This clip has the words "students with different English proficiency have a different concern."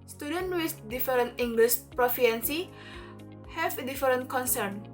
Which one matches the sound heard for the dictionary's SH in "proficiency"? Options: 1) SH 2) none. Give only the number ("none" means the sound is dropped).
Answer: 2